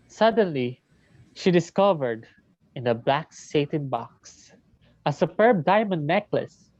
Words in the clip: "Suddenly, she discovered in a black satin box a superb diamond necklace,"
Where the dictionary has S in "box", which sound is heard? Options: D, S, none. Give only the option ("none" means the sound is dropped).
S